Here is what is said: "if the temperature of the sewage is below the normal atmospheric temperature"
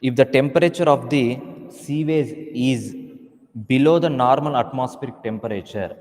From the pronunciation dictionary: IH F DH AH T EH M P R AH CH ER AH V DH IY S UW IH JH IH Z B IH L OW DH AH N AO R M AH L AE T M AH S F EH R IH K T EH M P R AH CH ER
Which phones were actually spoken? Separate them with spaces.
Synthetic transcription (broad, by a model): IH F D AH T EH M P R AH CH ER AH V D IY S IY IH Z IH Z B IH L OW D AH N AO R M AH L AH T M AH S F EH R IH K T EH M P R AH CH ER